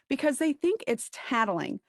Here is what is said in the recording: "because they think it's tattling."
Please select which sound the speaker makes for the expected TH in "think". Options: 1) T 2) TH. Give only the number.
2